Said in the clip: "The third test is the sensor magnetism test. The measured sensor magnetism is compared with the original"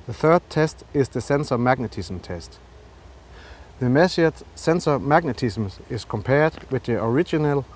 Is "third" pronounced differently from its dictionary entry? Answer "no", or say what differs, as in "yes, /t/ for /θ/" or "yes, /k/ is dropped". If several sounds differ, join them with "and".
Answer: no